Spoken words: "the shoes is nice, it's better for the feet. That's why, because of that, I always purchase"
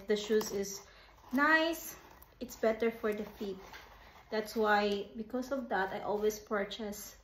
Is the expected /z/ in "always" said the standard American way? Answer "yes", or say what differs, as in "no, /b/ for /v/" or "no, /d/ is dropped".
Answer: no, /s/ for /z/